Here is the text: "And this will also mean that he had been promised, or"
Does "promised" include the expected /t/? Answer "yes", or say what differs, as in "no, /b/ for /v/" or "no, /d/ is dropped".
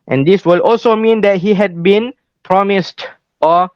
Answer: yes